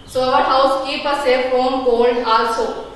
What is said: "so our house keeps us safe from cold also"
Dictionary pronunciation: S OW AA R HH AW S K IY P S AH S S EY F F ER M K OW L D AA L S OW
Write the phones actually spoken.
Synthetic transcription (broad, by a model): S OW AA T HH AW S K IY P AH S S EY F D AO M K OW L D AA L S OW